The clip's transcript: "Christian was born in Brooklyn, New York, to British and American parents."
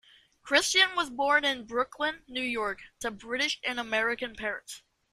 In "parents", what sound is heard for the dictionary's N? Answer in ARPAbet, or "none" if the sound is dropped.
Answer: none